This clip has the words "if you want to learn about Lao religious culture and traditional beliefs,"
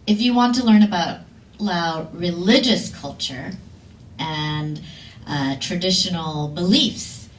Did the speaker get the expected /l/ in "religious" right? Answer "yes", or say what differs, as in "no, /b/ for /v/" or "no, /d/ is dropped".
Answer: yes